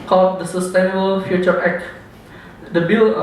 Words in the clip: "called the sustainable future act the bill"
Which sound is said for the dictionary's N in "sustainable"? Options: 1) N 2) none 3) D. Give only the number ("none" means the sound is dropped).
1